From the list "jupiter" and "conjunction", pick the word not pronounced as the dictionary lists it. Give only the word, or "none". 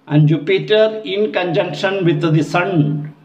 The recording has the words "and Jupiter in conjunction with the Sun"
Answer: none